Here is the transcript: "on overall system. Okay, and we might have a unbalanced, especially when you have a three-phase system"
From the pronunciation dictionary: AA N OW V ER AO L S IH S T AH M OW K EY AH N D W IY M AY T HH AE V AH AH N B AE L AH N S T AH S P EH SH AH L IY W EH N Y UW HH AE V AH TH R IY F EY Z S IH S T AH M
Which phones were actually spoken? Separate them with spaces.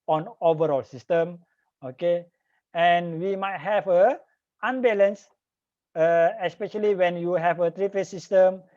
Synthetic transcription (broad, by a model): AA N OW V ER AO L S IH S T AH M OW K EY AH N W IY M AY T HH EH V AH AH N B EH L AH N S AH AH S P EH SH AH L IY W EH N Y UW HH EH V AH T R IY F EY S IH S T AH M